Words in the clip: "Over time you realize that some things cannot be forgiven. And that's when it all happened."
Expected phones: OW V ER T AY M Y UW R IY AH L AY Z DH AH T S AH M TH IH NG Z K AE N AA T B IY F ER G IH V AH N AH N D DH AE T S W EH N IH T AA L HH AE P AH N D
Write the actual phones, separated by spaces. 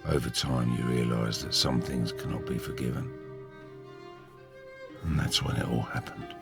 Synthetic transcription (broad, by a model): OW V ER T AY M Y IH R IY AH L AY Z DH AH T S AH M TH IH NG Z K AE N AA T B IY F ER G IH V AH N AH N DH AE T S W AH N IH T AA L HH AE P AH N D